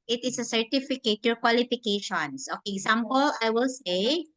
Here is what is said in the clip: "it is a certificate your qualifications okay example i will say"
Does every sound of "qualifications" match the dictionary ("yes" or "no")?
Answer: no